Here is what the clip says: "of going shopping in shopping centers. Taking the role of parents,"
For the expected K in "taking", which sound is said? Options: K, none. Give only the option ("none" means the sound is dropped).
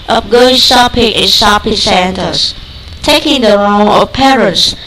K